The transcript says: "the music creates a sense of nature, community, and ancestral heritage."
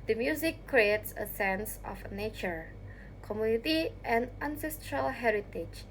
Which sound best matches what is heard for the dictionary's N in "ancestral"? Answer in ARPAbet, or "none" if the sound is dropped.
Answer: N